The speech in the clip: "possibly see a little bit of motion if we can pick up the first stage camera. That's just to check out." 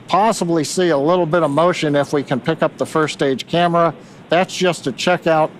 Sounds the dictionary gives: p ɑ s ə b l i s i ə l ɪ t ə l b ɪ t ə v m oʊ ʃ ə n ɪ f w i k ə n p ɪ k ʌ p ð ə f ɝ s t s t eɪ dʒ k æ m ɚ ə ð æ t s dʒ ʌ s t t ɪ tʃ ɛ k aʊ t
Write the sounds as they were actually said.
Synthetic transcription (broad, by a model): p ɑ s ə b l i s i ə l ɪ t l b ɪ t ə v m oʊ ʃ ə n ɪ f w i k ə n p ɪ k ʌ p ð ə f ɝ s s t eɪ dʒ k æ m ɚ ə ð æ t s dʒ ʌ s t t ɪ tʃ ɛ k aʊ t